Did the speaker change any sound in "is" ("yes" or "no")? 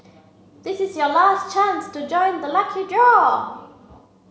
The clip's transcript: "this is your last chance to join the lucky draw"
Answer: no